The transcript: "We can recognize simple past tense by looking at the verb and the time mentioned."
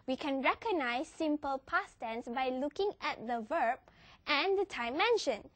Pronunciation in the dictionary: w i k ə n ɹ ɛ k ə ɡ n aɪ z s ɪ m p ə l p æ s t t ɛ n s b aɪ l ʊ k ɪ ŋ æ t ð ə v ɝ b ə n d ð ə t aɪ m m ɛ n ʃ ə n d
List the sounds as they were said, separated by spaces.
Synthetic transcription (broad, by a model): w i k ə n ɹ ɛ k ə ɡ n aɪ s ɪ m p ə l p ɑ s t t ɛ n s b aɪ l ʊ k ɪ ŋ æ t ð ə v ɝ b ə n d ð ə t aɪ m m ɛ n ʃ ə n